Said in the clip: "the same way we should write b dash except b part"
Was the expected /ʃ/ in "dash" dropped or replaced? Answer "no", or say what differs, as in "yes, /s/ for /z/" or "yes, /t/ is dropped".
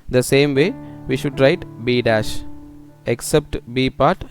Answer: no